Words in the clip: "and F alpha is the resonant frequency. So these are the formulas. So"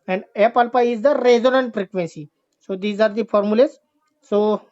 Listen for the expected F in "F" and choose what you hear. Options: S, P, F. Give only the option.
P